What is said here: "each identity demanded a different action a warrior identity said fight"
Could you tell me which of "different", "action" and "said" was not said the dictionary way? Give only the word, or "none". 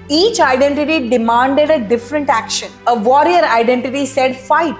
none